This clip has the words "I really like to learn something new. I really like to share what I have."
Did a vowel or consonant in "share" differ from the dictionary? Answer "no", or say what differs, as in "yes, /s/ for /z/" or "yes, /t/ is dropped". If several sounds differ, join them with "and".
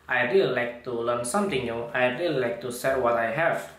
yes, /s/ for /ʃ/